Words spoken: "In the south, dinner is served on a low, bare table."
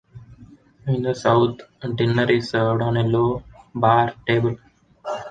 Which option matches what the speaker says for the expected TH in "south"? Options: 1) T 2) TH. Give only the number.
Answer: 1